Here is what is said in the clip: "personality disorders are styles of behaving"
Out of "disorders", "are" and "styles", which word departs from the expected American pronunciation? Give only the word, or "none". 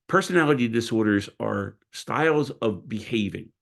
none